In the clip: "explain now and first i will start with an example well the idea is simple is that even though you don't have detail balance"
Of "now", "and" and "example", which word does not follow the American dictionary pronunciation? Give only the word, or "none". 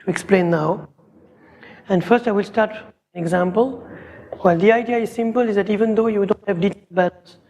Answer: none